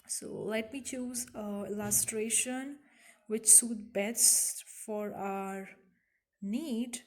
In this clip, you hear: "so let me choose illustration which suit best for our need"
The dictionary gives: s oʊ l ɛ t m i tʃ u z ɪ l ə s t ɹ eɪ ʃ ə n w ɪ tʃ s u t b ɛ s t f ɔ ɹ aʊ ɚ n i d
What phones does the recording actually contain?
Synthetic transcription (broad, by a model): s oʊ l ɛ t m i tʃ u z ɪ l ə s t ɹ eɪ ʃ ə n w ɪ tʃ s u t b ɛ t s f ɔ ɹ aʊ ɚ n i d